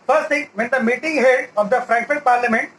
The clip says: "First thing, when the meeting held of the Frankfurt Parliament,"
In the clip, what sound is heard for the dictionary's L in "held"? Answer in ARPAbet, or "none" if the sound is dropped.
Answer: none